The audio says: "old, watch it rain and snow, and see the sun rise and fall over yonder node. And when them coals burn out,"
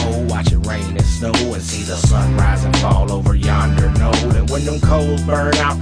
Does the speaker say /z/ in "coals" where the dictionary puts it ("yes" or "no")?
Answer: no